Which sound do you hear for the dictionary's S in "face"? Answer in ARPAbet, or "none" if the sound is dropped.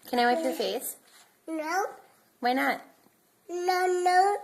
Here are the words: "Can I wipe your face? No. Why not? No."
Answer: S